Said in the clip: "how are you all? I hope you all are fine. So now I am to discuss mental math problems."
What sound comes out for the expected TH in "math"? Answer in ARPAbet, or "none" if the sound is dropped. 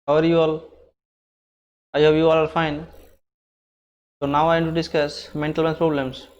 S